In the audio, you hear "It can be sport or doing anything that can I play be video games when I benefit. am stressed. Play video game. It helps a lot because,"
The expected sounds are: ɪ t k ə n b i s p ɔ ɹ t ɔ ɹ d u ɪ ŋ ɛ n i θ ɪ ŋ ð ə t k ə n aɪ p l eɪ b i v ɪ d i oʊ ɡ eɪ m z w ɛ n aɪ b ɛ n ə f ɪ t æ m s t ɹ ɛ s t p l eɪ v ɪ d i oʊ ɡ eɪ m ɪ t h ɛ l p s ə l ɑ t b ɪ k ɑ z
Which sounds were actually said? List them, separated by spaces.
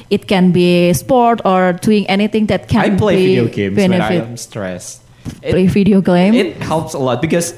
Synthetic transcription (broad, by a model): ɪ t k ə n b i s p ɔ ɹ t ɔ ɹ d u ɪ ŋ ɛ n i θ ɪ ŋ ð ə t k ə n p l eɪ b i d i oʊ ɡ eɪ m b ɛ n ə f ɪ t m s t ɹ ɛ s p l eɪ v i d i oʊ ɡ eɪ m ɪ t h ɛ l p s ə l ɑ t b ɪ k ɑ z